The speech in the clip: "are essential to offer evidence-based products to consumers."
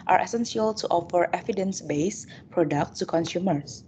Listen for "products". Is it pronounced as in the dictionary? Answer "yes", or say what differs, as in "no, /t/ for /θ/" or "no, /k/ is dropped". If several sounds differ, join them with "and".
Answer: no, /s/ is dropped